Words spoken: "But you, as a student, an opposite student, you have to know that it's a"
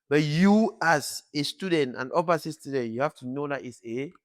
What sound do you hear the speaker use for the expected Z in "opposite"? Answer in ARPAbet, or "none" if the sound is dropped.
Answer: S